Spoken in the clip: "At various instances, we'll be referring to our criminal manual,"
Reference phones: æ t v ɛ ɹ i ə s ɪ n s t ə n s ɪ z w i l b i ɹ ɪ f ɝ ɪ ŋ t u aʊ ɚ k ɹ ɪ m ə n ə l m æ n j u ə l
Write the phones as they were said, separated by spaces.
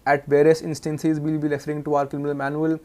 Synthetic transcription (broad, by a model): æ t v ɛ ɹ i ə s ɪ n s t ə n s ɪ z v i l b i l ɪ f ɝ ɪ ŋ t u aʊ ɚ k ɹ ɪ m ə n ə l m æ n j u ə l